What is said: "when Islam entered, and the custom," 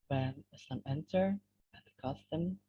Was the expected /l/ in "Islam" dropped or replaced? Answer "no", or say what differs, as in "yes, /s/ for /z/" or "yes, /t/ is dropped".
yes, /l/ is dropped